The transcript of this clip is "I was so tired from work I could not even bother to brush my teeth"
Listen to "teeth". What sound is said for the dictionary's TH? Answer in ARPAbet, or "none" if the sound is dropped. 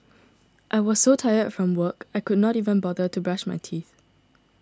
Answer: TH